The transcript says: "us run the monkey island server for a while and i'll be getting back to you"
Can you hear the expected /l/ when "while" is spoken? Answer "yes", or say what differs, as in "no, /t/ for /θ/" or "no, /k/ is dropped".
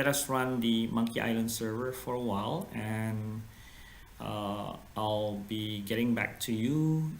yes